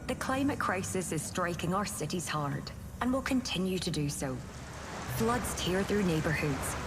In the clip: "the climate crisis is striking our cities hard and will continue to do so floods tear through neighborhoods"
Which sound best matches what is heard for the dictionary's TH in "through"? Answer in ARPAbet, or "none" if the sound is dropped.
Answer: TH